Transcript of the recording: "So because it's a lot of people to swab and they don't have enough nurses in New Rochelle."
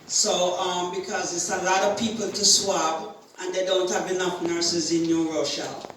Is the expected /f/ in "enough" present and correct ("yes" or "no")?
yes